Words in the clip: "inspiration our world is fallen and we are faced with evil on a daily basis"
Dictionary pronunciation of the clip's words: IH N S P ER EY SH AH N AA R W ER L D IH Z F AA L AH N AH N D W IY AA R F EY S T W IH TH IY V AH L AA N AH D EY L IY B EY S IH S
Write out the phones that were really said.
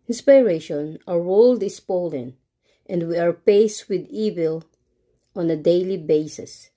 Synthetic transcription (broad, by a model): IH N S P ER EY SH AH N AA R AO L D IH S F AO L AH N AH N D W IY AA R P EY S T W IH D IY V AH L AA N AH D EY L IY B EY S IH S